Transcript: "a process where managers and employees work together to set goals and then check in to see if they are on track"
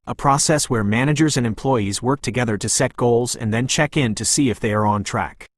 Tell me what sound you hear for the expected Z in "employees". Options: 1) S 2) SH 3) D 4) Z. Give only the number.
4